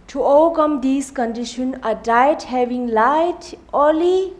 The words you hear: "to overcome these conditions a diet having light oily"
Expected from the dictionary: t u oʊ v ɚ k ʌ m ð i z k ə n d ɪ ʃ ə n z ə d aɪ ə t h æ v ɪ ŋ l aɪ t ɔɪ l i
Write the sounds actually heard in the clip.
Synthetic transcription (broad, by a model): t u oʊ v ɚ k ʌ m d i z k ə n d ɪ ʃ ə n ə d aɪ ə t h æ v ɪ ŋ l aɪ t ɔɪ l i